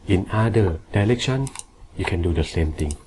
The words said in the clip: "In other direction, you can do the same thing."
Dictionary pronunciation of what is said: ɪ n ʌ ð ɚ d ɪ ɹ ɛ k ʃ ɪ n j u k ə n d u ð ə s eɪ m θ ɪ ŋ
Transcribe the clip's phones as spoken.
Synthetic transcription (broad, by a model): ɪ n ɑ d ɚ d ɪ l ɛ k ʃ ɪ n j u k ə n d u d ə s eɪ m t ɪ ŋ